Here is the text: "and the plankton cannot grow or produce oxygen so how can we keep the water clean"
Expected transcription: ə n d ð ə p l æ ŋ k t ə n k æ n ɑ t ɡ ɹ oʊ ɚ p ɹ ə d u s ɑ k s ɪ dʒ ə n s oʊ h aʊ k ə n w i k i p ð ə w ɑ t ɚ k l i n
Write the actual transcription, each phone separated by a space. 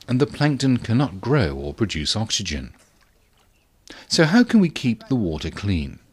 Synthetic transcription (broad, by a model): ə n ð ə p l æ ŋ k t ə n k æ n ɑ t ɡ ɹ oʊ ɚ p ɹ ə d u s ɑ k s ɪ dʒ ə n s oʊ h aʊ k ə n w i k i p ð ə w ɑ t ɚ k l i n